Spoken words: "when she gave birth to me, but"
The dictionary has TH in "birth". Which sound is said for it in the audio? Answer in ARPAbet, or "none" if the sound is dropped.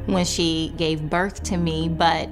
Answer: TH